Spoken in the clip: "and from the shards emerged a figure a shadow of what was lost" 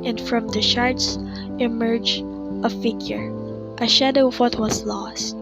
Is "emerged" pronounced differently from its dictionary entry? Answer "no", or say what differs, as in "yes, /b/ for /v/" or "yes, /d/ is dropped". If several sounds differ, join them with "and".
yes, /d/ is dropped